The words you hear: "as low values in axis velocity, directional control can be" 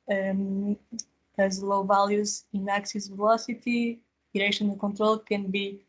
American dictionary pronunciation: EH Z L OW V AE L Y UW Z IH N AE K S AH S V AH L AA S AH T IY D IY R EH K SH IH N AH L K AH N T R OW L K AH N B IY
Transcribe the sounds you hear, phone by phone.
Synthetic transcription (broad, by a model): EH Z L OW V AE L Y UW Z IH N AE K S AH S V AH L AA S AH T IY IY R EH SH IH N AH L K AH N T R OW L K AH N B IY